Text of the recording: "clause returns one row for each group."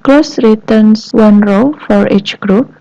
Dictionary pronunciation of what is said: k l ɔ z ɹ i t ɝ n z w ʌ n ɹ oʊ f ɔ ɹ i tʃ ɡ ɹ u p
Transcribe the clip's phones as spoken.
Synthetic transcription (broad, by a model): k l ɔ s ɹ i t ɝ n s w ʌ n ɹ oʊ f ɔ ɹ i tʃ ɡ ɹ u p